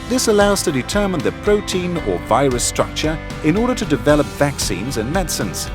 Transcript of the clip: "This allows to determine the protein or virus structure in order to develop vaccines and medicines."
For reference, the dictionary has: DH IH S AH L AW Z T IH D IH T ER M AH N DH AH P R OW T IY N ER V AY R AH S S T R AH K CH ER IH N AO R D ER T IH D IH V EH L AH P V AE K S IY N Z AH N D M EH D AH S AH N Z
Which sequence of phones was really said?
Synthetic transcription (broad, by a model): DH IH S AH L AW Z T IH D IH T ER M AH N DH AH P R OW T IY N ER V AY R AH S S T R AH K CH ER IH N AO R D ER T IH D IH V EH L AH P V AE K S IY N Z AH N M EH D S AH N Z